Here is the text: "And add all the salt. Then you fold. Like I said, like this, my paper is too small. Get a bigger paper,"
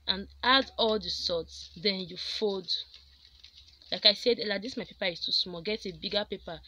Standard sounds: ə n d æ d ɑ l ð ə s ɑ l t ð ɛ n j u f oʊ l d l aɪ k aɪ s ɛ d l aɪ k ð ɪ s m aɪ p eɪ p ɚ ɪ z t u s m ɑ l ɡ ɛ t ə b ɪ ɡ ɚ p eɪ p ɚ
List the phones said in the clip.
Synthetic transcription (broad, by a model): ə n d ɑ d ɑ l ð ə s ɑ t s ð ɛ n j u f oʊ d l aɪ k aɪ s ɛ d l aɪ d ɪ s m aɪ p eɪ p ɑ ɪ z t u s m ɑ ɡ ɛ t ə b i ɡ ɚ p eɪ p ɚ